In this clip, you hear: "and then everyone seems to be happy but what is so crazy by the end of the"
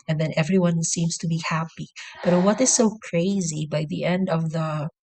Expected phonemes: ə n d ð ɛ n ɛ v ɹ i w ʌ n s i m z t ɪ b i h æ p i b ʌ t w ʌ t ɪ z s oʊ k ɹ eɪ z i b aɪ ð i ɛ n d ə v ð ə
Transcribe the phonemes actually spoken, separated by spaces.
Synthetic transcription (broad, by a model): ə n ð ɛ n ɛ v ɹ i w ʌ n s i m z t ɪ b i h æ p i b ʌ t w ʌ t ɪ z s oʊ k ɹ eɪ z i b aɪ ð i ɛ n d ə v ð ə